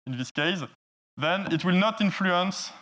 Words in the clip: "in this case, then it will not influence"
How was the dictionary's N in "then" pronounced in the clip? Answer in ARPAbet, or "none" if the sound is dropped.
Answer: N